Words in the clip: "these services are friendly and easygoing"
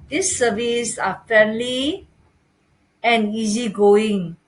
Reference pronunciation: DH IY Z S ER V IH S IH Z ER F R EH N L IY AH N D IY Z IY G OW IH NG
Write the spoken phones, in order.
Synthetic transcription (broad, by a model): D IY S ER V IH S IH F EH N L IY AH N IY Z IY G OW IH NG